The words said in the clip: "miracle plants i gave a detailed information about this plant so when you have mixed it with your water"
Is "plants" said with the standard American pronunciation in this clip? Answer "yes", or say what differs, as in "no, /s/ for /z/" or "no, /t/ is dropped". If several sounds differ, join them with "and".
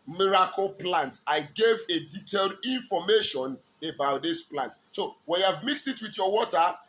no, /s/ is dropped